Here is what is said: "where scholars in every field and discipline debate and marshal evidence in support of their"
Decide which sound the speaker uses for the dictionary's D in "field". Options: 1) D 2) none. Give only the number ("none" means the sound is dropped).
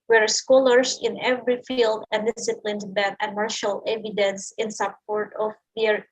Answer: 1